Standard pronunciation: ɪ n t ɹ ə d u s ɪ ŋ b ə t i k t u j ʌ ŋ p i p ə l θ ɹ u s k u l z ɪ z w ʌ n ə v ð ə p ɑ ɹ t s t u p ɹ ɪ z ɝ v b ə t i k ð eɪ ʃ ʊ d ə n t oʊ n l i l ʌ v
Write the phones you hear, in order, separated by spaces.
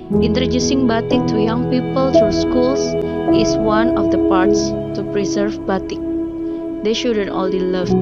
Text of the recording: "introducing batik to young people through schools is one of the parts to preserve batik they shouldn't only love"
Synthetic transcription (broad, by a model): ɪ n t ɹ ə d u s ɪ ŋ b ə t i k t u j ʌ ŋ p i p ə l t ɹ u s k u l s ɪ s w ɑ n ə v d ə p ɑ ɹ t s t u p ɹ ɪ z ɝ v b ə t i k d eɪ ʃ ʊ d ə n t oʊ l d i l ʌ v